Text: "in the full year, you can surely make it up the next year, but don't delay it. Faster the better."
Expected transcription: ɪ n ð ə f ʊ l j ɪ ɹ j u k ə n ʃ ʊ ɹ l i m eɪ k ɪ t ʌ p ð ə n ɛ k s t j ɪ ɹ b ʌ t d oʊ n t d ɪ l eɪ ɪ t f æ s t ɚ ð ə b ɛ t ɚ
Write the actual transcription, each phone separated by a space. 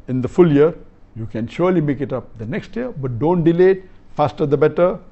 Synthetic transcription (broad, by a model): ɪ n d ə f ʊ l j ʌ ɹ j u k ə n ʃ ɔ ɹ l i m eɪ k ɪ t ʌ p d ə n ɛ k s t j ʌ ɹ b ʌ t d oʊ n t d ɪ l eɪ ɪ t f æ s t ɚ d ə b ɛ t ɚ